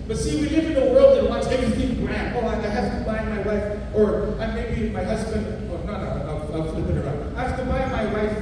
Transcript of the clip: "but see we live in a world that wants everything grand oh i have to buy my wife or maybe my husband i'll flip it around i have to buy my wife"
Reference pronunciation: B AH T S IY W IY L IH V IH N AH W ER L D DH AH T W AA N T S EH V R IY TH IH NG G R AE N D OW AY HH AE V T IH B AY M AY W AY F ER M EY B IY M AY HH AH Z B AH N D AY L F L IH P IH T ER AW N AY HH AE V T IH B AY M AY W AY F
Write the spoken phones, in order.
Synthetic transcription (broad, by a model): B AH T S IY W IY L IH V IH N AH W ER L D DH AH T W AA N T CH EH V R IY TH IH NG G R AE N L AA AY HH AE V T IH B AY M AY W AY F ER M EY B IY M AY HH AH Z B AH N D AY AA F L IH IH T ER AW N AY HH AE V T IH B AY M AY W AY F